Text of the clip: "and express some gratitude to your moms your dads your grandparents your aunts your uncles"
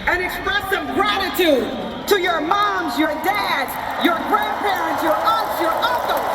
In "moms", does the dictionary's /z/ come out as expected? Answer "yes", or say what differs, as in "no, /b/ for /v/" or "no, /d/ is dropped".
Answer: yes